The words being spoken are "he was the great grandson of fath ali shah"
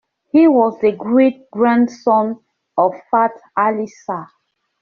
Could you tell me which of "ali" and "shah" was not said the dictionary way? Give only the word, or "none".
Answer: shah